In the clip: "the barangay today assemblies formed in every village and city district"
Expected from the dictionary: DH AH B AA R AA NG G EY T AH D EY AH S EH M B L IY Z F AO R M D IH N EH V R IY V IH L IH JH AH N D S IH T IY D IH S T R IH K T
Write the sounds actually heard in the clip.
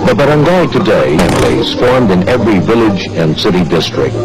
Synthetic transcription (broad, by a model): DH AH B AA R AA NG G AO T AH D EY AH EH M L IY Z F AO R M D IH N EH V R IY V IH L IH JH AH N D S IH T IY D IH S T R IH K T